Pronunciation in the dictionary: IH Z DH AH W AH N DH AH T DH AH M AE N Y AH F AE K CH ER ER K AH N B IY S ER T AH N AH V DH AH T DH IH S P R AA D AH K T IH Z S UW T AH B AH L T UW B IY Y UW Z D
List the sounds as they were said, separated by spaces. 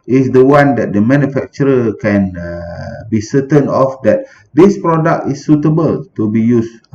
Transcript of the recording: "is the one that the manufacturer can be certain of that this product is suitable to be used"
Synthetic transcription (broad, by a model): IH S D AH W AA N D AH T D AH M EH N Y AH F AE K CH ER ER K AH N B IY S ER T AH N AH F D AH T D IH S P R AA D AH K T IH S UW T AH B AH L T UW B IY Y UW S